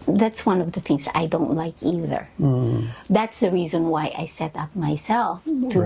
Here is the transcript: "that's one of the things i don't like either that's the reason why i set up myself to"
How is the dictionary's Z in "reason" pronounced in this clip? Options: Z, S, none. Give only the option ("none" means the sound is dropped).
Z